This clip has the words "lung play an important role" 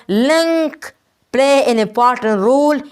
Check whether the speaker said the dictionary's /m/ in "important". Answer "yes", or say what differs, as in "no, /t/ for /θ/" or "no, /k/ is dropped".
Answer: no, /m/ is dropped